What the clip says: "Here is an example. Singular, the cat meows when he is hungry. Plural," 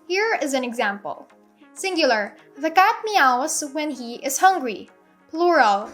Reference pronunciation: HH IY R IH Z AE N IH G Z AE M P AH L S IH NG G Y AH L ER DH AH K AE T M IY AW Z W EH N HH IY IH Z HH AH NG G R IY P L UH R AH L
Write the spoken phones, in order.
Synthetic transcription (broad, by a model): HH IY R IH Z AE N IH G Z AE M P AH L S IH NG G Y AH L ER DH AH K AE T M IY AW S W EH N HH IY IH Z HH AH NG G R IY P L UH R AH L